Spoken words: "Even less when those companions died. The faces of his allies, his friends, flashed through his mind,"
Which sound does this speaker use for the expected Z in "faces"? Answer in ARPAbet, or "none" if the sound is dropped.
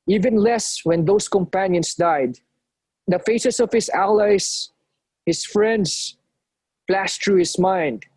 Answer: S